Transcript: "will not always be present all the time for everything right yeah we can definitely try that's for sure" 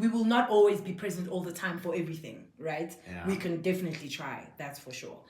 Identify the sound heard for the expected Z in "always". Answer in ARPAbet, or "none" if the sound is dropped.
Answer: Z